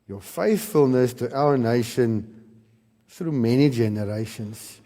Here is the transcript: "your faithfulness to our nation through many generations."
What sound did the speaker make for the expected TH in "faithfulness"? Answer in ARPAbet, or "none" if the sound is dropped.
TH